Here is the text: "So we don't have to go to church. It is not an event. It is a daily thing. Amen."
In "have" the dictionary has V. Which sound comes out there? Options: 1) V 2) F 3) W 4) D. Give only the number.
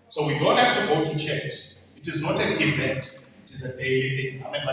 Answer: 2